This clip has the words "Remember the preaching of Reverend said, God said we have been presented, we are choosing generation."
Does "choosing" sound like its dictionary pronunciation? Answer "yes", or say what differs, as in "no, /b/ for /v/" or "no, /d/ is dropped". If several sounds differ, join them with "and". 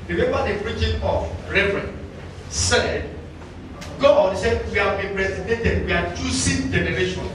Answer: no, /s/ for /z/